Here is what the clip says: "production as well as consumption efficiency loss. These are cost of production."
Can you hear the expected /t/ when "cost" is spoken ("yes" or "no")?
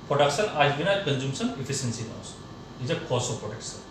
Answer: no